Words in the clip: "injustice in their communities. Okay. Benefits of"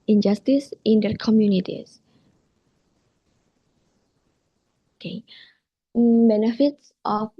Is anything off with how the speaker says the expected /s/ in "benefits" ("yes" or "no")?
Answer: no